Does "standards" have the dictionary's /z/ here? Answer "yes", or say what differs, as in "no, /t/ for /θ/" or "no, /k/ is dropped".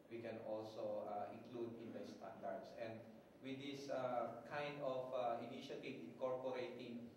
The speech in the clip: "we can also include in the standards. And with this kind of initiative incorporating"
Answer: no, /s/ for /z/